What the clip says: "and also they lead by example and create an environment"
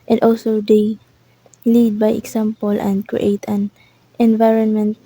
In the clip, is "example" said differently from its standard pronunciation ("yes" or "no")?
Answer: yes